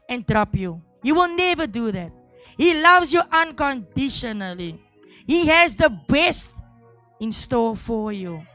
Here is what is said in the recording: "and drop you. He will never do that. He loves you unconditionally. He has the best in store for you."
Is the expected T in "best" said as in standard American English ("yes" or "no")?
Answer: yes